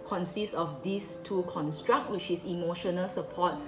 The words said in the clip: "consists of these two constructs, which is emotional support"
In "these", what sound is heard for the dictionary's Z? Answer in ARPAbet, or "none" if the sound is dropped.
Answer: S